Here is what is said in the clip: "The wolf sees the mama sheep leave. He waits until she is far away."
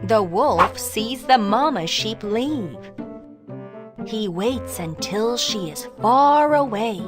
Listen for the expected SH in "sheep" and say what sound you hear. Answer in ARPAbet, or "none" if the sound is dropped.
SH